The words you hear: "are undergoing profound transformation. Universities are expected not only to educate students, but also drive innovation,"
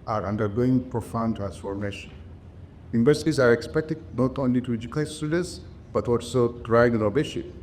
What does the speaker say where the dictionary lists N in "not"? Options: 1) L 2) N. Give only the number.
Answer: 2